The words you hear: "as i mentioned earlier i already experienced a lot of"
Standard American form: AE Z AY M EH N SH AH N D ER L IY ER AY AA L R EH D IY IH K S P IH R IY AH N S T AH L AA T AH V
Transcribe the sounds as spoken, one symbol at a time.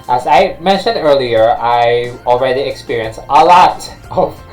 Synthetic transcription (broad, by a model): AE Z AY M EH N SH AH N D ER L IY ER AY AA L R EH D IY IH K S P IH R IY AH N S T AH L AA T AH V